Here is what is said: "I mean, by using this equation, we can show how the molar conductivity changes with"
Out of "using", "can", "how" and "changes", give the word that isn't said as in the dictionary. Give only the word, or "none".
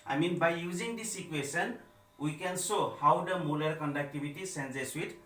changes